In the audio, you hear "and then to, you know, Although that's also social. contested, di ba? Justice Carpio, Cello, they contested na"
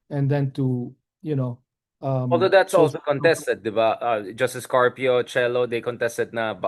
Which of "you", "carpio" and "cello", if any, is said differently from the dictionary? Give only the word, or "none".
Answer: none